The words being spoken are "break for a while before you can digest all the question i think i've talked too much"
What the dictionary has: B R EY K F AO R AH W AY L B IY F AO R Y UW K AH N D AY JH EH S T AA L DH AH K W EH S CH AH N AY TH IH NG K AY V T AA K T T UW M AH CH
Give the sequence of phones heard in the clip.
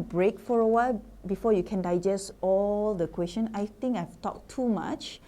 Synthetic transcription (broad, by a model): B R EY K F AO R AH W AY L B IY F AO Y UW K AH N D AY JH EH S T AA L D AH K W EH S CH AH N AY T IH NG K AY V T AA K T T UW M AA CH